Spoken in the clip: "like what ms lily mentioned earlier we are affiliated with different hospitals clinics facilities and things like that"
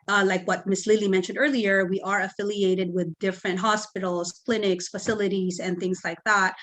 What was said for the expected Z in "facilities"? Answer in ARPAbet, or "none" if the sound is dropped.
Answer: Z